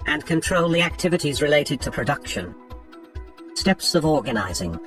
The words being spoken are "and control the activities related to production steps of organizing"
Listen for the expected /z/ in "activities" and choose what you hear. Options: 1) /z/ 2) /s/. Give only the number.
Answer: 1